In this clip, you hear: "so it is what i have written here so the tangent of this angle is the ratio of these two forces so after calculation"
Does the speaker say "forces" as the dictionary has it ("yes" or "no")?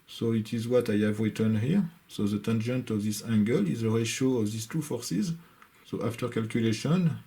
yes